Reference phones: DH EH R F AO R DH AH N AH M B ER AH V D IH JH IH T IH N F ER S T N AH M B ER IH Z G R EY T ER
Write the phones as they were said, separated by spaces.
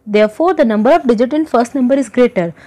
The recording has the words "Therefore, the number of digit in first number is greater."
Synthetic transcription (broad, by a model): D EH R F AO R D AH N AH M B ER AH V D IH JH IH T IH N F ER S T N AH M B ER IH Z G R EY T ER